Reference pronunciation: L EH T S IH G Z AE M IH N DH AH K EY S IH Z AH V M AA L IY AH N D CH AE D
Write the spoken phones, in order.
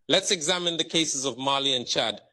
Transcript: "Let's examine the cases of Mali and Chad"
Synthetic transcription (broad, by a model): L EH T S IH G Z AE M IH N DH AH K EY S IH Z AH V M AA L IY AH N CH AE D